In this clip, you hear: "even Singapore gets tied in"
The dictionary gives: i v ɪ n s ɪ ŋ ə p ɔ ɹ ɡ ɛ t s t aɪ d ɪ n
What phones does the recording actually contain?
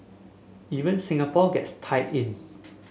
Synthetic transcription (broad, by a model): i v ɪ n s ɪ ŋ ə p ɔ ɡ ɛ t s t aɪ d ɪ n